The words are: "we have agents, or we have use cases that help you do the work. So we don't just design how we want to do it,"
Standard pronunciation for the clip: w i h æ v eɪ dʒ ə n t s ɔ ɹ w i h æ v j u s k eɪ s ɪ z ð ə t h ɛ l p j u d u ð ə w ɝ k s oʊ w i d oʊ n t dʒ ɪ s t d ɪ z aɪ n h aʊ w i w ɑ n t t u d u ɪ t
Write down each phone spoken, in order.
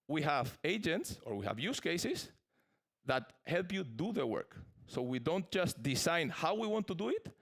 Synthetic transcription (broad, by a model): w i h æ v eɪ dʒ ə n t s ɔ ɹ w i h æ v j u s k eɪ s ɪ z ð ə t h ɛ l p j u d u ð ə w ɝ k s oʊ w i d oʊ n t dʒ ɪ s t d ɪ s aɪ n h aʊ w i w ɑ n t t u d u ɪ t